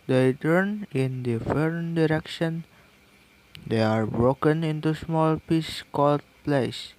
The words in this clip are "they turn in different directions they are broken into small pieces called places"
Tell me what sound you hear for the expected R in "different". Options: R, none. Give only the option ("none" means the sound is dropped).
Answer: none